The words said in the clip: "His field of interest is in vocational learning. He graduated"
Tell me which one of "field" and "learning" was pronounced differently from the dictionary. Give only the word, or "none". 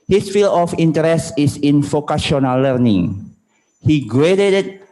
field